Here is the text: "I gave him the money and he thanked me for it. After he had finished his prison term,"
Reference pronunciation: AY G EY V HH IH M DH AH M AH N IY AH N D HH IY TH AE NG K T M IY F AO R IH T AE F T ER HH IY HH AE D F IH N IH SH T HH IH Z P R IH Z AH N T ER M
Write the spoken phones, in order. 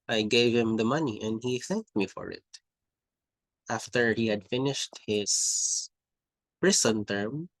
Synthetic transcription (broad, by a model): AY G EY V HH IH M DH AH M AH N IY AH N D HH IY TH AE NG K T M IY F AO R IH T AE F T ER HH IY HH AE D F IH N IH SH T HH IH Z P R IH S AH N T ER M